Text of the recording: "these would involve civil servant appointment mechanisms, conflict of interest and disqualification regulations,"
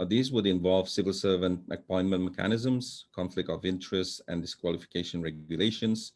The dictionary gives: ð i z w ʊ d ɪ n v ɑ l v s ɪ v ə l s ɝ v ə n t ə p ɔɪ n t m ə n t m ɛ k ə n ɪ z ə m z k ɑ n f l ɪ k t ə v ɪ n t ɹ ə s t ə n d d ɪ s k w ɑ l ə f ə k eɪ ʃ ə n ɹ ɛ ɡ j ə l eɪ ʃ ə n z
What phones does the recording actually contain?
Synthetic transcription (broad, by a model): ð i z w ʊ d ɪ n v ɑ l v s ɪ v ə l s ɝ v ə n t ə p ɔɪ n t m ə n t m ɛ k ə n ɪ z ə m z k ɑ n f l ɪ k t ə v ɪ n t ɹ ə s t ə n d d ɪ s k w ɑ l ə f ə k eɪ ʃ ə n ɹ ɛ ɡ j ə l eɪ ʃ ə n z